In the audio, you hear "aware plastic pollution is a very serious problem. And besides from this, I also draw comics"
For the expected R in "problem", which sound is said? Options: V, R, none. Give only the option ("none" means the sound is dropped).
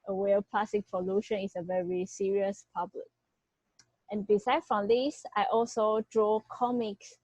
none